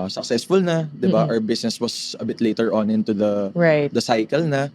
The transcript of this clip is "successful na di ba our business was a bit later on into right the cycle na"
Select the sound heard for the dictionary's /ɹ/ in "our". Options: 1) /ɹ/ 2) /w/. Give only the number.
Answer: 2